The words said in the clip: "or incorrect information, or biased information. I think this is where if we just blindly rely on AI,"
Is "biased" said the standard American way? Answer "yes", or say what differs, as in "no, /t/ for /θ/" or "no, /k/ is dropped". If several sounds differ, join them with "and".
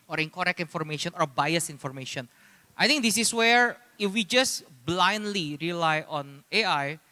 no, /t/ is dropped